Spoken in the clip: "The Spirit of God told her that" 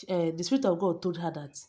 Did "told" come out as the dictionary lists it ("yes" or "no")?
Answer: no